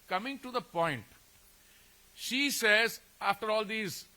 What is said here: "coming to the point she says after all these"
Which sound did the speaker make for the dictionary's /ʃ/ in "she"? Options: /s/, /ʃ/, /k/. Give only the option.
/ʃ/